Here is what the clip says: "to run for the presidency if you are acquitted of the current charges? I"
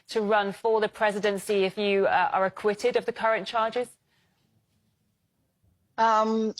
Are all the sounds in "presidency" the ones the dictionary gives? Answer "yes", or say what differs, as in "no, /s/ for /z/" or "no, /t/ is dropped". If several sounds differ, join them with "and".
yes